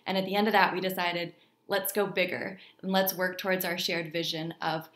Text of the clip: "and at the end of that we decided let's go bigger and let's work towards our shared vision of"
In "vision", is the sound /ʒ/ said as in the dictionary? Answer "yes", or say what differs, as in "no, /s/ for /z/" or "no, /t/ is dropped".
yes